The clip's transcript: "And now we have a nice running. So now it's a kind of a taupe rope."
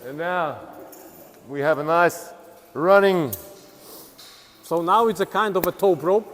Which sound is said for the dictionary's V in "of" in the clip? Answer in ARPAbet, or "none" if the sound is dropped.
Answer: V